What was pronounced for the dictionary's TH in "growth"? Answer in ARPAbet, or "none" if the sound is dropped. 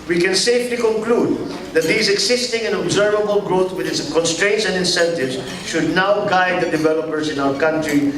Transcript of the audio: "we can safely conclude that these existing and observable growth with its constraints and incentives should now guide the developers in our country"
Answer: T